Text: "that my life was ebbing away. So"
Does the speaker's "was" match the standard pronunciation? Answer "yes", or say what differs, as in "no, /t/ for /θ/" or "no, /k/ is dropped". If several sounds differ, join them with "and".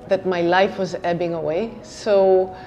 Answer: yes